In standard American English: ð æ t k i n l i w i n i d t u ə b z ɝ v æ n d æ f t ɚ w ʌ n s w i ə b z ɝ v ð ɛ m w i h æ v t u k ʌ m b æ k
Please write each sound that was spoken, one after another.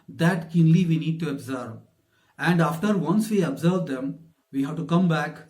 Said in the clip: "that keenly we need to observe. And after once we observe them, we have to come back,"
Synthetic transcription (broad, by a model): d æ t k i n l i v i n i d t u ə b z ɝ v æ n d æ f t ɚ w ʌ n s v i ə b z ɝ v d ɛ m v i h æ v t u k ʌ m b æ k